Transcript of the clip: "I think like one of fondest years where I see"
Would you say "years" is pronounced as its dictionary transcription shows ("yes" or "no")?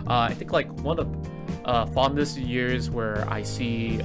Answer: yes